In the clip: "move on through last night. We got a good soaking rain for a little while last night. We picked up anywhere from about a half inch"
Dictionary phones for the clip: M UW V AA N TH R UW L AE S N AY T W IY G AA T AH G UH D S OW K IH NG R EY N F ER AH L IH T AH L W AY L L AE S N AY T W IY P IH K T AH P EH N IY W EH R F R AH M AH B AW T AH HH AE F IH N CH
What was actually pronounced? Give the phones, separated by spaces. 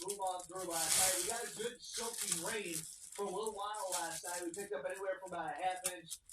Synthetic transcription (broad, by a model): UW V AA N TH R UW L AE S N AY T W IY G AA T AH G UH D S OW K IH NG R EY N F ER AH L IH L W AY N L AE S N AY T W IY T IH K AH P EH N IY W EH R F R AH M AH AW AH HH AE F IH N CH